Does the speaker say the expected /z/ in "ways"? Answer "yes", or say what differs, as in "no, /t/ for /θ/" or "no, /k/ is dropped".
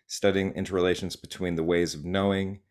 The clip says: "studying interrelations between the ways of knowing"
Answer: yes